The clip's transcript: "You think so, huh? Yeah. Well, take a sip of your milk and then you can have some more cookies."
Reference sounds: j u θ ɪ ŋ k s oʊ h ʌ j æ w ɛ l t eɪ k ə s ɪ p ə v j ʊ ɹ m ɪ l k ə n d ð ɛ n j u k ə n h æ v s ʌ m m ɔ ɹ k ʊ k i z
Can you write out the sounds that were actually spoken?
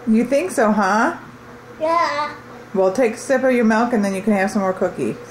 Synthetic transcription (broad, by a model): j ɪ θ ɪ ŋ k s oʊ h ʌ j æ w ɛ l t eɪ k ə s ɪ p ə v j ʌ ɹ m ɪ l k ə n ð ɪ n j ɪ k ə n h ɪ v s ʌ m m ɔ ɹ k ʊ k i